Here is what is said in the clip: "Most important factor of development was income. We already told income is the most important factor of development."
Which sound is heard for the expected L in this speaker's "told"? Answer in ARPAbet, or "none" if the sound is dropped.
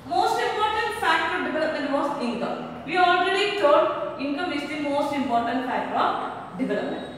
none